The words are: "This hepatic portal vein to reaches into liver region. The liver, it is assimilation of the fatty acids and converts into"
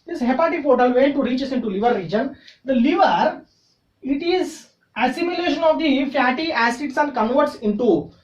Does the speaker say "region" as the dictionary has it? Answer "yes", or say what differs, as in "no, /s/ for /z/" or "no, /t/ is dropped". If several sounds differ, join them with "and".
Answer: yes